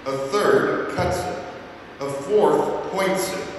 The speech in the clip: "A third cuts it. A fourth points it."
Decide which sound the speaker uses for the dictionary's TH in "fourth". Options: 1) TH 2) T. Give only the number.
1